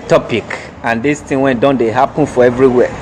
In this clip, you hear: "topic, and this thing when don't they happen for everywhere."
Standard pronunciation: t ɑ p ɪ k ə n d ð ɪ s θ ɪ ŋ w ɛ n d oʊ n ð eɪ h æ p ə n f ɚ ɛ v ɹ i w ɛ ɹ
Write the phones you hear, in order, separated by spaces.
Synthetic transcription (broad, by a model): t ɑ p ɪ k ə n d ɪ s t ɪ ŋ w ɛ n d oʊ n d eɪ h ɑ p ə n f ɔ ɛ v ɹ i w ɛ